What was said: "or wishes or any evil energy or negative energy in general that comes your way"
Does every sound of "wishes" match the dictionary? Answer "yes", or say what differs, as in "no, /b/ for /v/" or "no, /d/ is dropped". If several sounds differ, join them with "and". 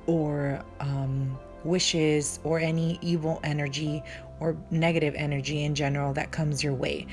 yes